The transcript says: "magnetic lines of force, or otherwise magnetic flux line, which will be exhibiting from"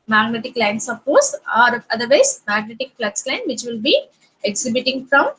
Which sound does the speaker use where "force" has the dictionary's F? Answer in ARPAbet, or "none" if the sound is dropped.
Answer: P